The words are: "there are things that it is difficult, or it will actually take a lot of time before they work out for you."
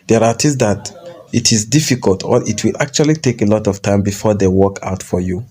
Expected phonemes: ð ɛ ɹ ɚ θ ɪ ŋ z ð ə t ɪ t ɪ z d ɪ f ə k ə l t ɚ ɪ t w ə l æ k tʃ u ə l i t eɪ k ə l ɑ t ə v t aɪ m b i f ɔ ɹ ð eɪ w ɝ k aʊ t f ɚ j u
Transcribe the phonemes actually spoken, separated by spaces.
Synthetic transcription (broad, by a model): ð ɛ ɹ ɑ t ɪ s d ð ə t ɪ t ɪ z d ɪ f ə k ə l t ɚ ɪ t w ə l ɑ k tʃ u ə l i t eɪ k ə l ɑ t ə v t aɪ m b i f ɔ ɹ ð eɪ w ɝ k aʊ t f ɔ j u